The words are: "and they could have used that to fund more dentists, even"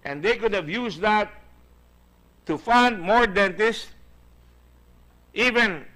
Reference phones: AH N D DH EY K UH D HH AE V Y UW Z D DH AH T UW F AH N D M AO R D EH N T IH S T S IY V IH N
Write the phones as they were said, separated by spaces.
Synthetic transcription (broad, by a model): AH N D EY K UH D HH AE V Y UW S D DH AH T UW F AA N D M AO R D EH N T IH S T IY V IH N